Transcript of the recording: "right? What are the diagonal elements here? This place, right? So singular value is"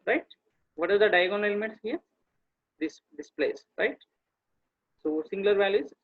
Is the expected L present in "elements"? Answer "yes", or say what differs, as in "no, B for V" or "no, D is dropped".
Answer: no, L is dropped